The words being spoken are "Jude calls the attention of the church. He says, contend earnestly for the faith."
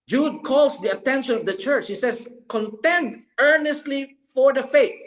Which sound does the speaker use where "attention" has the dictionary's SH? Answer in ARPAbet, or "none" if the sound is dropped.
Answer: SH